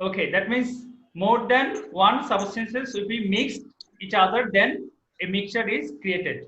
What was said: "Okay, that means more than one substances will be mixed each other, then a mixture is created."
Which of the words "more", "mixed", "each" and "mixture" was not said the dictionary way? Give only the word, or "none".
mixture